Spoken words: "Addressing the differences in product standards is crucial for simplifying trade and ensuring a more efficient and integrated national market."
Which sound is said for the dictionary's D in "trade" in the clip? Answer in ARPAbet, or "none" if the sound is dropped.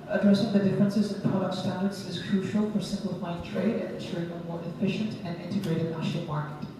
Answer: D